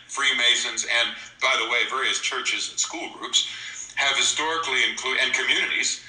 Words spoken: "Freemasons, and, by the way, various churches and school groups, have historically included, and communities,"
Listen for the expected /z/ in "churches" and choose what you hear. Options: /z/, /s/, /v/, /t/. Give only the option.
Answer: /z/